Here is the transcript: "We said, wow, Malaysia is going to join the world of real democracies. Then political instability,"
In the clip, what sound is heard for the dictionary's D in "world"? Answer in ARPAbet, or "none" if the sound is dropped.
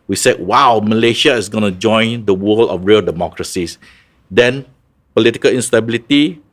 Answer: none